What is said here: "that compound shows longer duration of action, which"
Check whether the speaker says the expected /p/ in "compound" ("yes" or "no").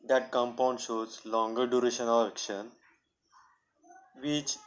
yes